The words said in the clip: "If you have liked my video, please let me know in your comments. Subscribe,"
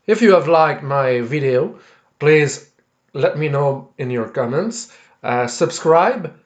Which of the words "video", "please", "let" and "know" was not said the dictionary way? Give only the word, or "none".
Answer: none